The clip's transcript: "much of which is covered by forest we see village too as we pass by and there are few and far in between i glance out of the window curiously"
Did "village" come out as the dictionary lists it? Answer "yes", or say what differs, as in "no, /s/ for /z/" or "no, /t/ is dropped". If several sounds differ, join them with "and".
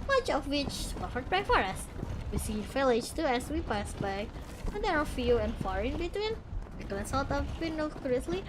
no, /f/ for /v/